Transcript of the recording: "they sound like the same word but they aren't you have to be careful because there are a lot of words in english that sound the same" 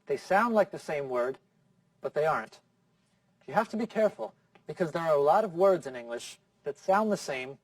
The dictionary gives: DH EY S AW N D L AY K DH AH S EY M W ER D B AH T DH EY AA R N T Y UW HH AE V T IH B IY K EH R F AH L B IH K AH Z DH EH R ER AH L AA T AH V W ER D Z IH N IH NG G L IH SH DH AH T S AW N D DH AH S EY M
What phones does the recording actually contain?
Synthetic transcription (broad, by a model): DH EY S AW N D L AY K DH AH S EY M W ER D B AH T DH EY AA R N T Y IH HH AE F T IH B IY K EH R F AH L B IH K AH Z DH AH R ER AH L AA T AH V W ER D Z IH N IH NG G L IH SH DH AH T S AW N DH AH S EY M